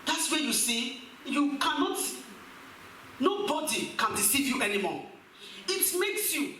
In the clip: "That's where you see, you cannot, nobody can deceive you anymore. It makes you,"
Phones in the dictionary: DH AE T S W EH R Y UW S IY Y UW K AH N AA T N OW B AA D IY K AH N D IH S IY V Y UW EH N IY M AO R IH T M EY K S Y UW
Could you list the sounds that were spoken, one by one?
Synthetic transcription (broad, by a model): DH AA T S W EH Y UW S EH Y UW K AH N AA T N OW B AA D IY K AH N D IH S IY V Y UW EH N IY M AO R IH T M EY K S Y UW